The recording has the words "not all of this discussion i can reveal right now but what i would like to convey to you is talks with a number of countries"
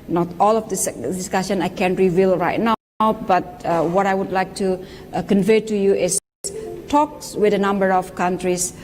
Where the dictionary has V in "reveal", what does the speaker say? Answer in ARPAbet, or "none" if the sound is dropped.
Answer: V